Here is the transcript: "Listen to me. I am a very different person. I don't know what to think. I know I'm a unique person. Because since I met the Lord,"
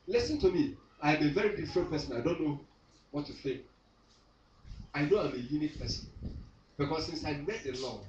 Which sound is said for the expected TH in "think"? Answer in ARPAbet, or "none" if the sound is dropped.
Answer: S